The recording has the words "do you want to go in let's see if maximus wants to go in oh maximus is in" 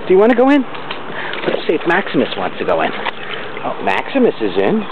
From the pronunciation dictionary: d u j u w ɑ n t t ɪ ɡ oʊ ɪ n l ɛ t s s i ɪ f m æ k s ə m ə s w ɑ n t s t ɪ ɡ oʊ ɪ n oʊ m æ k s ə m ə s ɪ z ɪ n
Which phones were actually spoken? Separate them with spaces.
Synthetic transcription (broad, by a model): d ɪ j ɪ w ɑ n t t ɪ ɡ oʊ ɪ n w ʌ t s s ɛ ɪ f m æ k s ə m ə s w ɑ n t s t ɪ ɡ oʊ ɪ n oʊ m æ k s ə m ə s ɪ z ɪ n